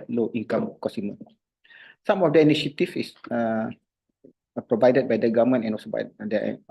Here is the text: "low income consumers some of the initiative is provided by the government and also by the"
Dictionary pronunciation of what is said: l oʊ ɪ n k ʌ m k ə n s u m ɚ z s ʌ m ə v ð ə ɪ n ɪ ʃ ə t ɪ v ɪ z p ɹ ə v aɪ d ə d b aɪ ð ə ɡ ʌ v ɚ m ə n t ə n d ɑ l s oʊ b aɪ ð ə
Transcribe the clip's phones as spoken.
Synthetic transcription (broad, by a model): l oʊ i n k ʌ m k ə s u m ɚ s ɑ m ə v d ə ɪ n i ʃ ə t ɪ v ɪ s p ɹ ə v aɪ d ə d b aɪ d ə ɡ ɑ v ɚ m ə n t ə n ɑ l s oʊ b aɪ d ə